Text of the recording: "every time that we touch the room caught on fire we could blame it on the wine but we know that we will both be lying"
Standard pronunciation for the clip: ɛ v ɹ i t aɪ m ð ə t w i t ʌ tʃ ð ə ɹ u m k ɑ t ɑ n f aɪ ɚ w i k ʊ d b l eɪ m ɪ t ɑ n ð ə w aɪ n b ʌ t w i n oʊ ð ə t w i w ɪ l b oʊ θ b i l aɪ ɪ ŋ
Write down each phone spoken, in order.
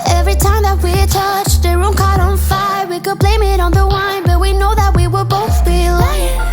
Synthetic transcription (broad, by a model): ɛ v ɹ i t aɪ m ð ə t w i t ʌ tʃ ð ə ɹ u m k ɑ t n f aɪ ɚ w i k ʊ d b l eɪ m ɪ t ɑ n ð ə w aɪ n b ʌ t w i n oʊ ð ə t w i w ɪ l b oʊ θ b i l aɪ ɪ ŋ